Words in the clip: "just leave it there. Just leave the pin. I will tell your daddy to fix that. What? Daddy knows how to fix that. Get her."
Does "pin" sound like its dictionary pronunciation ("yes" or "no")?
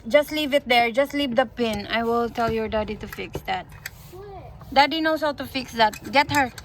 yes